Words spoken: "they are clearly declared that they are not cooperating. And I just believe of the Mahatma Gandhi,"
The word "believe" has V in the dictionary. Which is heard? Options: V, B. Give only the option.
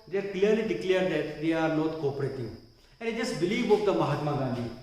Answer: B